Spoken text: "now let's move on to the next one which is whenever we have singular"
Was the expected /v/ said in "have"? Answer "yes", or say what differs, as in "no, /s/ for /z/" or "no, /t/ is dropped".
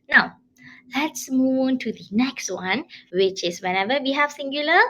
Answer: no, /f/ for /v/